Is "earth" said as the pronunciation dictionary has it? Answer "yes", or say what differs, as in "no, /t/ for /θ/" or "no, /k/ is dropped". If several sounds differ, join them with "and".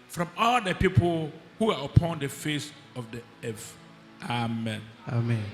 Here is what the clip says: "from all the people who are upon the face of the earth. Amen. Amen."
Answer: no, /f/ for /θ/